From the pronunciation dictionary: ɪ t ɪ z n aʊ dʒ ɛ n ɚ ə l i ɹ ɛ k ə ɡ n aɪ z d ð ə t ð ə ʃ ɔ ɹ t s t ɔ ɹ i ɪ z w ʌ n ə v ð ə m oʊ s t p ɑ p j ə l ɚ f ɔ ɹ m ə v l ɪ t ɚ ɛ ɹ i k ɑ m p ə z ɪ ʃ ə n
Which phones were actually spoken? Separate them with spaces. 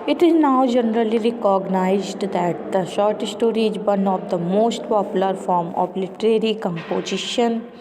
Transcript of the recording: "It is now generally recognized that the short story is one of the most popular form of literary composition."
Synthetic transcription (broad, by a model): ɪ t ɪ z n aʊ dʒ ɛ n ɚ ə l i ɹ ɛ k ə ɡ n aɪ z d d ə t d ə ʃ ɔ ɹ t s t ɔ ɹ i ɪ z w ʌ n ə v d ə m oʊ s t p ɑ p j ə l ɚ f ɔ ɹ m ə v l ɪ t ɚ ɛ ɹ i k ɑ m p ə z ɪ ʃ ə n